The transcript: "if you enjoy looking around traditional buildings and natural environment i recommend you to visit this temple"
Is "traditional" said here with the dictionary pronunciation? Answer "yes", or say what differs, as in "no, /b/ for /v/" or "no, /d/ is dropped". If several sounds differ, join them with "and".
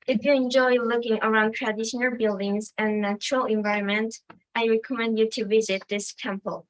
yes